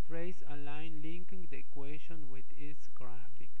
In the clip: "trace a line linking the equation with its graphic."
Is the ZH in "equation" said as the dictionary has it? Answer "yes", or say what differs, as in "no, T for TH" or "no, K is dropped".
no, SH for ZH